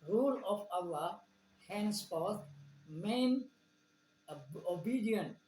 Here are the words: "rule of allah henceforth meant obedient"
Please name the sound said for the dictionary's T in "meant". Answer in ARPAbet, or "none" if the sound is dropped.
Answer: none